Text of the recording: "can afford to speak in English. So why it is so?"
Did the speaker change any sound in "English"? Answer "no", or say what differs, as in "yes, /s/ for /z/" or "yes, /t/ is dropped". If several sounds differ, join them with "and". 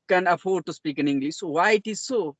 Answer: yes, /s/ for /ʃ/